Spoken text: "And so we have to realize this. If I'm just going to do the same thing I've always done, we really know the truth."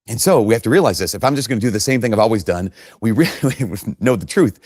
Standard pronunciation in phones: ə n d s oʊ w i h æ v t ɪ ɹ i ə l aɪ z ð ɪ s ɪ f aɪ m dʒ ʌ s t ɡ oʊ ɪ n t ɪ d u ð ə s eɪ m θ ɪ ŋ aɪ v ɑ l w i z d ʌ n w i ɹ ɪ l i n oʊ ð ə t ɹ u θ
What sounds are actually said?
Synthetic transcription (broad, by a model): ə n s oʊ w i h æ f t ɪ ɹ i ə l aɪ z ð ɪ s ɪ f aɪ m dʒ ʌ s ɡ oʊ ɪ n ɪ d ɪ ð ə s eɪ m θ ɪ ŋ aɪ v ɑ l w i z d ʌ n w i ɹ ɪ l i n oʊ ð ə t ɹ u θ